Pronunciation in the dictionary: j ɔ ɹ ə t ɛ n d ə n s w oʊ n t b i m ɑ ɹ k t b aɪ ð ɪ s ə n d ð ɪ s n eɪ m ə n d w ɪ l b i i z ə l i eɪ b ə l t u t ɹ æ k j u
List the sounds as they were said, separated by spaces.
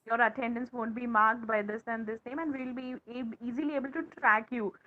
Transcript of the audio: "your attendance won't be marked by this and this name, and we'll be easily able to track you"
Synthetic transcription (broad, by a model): j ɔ ɹ ə t ɛ n d ə n s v oʊ n t b i m ɑ ɹ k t b aɪ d ɪ s ə n d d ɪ s eɪ m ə n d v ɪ l b i i z ə l i eɪ b ə l t u t ɹ æ k j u